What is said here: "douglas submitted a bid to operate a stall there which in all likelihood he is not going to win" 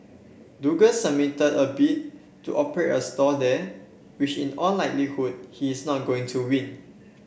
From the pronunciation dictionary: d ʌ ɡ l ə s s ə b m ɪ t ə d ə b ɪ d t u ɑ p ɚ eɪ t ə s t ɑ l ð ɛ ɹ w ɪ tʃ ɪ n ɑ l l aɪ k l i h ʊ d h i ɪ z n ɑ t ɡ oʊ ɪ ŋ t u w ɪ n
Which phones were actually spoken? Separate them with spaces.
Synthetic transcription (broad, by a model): d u ɡ ə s s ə m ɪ t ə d ə b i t t u ɑ p ɚ eɪ t ə s t ɑ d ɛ w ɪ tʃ ɪ n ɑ n l aɪ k l i h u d h i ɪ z n ɑ t ɡ oʊ ɪ ŋ t u w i n